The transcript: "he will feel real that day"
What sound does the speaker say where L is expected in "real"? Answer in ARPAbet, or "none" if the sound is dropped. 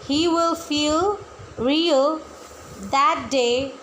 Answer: L